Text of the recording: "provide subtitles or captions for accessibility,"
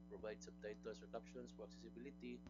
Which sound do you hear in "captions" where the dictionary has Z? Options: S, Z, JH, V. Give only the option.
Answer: S